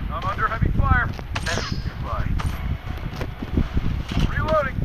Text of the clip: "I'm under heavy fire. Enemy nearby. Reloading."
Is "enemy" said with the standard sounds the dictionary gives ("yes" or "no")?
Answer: no